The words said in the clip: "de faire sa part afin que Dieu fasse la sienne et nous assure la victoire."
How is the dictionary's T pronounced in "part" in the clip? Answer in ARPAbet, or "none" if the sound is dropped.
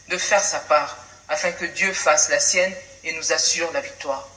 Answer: none